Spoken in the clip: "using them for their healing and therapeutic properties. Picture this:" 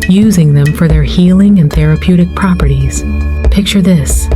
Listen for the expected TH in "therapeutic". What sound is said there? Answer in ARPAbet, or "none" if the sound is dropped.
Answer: TH